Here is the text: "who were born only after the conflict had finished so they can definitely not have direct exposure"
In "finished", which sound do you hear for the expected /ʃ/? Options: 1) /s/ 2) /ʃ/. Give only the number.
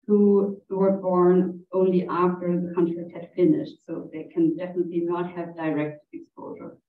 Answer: 2